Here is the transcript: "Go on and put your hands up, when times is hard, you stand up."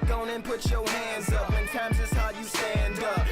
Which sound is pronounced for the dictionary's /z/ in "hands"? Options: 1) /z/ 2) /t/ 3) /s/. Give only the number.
1